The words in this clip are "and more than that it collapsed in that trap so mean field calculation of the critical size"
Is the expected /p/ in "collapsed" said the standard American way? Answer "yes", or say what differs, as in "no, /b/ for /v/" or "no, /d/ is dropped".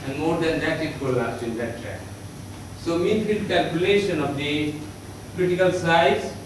no, /p/ is dropped